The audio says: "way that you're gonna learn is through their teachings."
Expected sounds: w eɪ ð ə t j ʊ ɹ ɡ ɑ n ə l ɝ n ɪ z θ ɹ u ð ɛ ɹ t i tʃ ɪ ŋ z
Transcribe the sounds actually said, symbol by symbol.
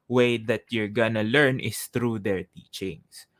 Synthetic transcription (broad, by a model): w eɪ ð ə t j ʊ ɹ ɡ ɑ n ə l ɝ n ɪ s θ ɹ u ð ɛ ɹ t i tʃ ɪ ŋ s